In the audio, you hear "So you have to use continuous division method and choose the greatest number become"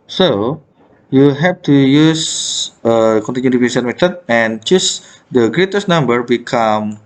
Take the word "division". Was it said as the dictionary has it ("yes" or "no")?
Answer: no